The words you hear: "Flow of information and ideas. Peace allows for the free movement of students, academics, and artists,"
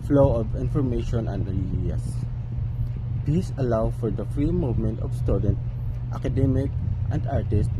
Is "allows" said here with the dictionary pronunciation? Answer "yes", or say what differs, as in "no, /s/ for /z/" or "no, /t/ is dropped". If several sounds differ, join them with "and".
no, /z/ is dropped